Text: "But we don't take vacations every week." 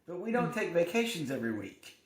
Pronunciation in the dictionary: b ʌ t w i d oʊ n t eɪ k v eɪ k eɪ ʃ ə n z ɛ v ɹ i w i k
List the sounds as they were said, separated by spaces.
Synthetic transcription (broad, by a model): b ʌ t w i d oʊ n t eɪ k v eɪ k eɪ ʃ ə n z ɛ v ɹ i w i k